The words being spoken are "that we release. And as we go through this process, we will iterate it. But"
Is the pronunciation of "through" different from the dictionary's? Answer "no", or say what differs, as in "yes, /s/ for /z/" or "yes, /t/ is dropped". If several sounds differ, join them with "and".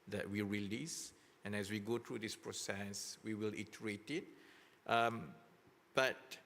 yes, /t/ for /θ/